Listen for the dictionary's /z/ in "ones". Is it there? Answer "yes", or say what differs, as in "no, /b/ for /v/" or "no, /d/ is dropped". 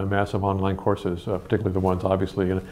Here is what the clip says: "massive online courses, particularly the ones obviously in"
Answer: yes